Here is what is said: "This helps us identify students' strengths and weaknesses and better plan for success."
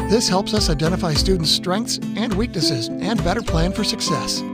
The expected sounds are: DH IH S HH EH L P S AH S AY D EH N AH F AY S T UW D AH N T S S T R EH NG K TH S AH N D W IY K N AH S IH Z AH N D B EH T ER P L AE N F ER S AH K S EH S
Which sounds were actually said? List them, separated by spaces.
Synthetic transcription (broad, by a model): DH IH S HH EH L P S AH S AY D EH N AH F AY S T UW D N T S S T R EH NG K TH S AH N D W IY K N AH S IH Z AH N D B EH T ER P L AE N F ER S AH K S EH S